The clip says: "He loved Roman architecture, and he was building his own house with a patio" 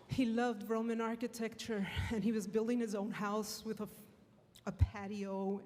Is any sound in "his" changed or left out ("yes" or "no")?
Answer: no